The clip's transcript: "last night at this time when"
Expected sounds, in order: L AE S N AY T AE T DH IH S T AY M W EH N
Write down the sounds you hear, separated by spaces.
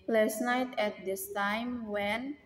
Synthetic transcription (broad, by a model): L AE S N AY T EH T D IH S T AY M W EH N